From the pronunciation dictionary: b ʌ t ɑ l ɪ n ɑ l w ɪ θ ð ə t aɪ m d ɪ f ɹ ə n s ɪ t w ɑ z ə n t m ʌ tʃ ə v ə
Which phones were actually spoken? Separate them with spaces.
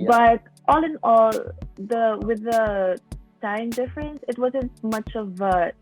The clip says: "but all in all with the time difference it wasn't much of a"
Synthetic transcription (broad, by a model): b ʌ t ɑ l ɪ n ɑ l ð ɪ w ð ə t aɪ m d ɪ f ɹ ə n s ɪ t w ɑ z ə n t m ʌ tʃ ə v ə